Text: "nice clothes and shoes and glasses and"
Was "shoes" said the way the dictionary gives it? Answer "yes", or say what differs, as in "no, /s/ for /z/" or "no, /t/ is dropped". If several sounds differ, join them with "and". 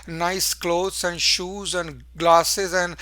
yes